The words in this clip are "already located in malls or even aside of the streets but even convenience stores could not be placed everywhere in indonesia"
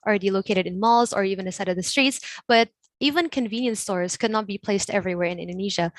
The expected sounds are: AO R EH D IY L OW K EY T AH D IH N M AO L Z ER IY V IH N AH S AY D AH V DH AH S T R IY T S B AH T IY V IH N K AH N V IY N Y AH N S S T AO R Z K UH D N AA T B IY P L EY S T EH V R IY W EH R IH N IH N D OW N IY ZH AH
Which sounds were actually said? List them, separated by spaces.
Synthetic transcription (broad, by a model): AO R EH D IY L OW K EY T AH D IH N M AO L Z ER IY V IH N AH S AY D AH V DH AH S T R IY T S B AH T IY V IH N K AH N V IY N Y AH N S S T AO R Z K UH D N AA T B IY P L EY S T EH V R IY W EH R IH N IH N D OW N IY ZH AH